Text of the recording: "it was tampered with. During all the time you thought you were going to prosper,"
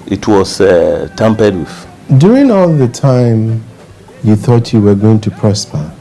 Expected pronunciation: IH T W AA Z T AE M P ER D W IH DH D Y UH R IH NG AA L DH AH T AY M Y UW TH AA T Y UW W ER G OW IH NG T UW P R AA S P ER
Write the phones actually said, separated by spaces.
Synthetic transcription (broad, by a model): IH T W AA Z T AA M P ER D W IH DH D Y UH R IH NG AA L DH AH T AY M Y UW TH AA T Y UW W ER G OW IH NG T UW P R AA S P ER